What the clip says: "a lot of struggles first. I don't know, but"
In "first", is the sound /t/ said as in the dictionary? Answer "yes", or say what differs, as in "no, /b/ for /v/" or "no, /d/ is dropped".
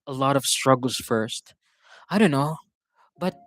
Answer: yes